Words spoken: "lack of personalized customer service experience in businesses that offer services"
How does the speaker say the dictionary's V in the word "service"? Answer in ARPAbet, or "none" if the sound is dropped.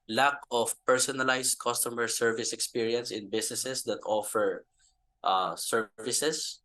V